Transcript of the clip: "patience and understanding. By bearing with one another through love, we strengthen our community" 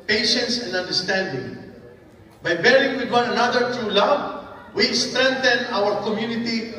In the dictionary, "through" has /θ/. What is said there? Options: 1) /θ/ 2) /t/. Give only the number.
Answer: 2